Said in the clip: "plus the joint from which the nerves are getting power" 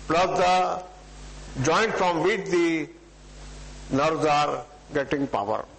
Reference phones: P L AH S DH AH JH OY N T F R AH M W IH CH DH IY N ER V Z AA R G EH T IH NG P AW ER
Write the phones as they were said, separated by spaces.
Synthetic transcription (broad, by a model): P L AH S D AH JH OY N T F R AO M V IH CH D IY N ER Z AA R G EH T IH NG P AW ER